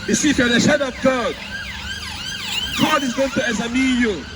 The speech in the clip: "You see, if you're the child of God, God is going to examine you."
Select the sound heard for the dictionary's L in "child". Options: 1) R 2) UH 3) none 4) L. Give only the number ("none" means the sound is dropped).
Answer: 3